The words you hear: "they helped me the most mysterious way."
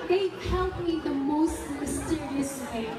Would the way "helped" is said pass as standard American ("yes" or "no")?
no